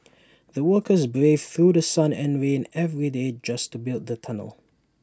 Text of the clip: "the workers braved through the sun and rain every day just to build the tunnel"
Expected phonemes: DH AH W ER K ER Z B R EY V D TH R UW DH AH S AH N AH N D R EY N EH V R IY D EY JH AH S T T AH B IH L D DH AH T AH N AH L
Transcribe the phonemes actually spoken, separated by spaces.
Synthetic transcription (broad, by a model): DH AH W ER K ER Z B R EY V TH R UW DH AH S AH N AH N R EY N EH V R IY D EY JH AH S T T AH B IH L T DH AH T AH N AH L